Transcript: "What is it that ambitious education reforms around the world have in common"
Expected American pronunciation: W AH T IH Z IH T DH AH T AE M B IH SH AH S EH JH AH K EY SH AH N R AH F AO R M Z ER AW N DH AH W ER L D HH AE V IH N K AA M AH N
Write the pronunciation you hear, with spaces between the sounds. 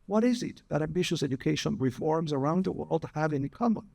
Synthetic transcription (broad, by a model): W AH T IH Z IH T DH AH T AE M B IH SH AH S EH JH AH K EY SH AH N R AH F AO R M Z ER AW N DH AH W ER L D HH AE V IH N K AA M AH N